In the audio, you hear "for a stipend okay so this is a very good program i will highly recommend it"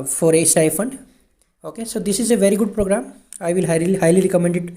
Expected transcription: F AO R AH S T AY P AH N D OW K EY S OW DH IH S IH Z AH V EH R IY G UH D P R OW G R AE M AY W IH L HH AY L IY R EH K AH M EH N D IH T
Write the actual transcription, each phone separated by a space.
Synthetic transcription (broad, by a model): F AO R AH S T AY F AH N D OW K EY S OW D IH S IH Z AH V EH R IY G UH D P R OW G R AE M AY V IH L HH AY L IY R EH K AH M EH N D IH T